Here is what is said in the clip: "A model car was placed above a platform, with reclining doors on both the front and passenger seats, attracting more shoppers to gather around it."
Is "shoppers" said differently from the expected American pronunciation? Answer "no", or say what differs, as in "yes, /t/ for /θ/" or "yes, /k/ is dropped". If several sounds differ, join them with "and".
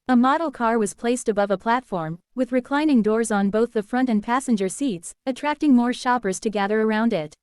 no